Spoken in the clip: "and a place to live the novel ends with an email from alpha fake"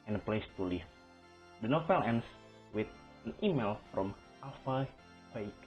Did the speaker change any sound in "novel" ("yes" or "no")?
yes